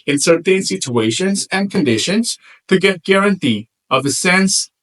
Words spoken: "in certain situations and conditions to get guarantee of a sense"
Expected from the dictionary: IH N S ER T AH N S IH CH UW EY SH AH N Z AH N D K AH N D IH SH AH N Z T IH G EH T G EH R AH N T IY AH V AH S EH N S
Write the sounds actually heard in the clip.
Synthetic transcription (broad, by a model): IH N S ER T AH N S IH CH UW EY SH AH N Z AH N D K AH N D IH SH AH N Z T IH G EH T G EH R AH N T IY AH V AH S EH N S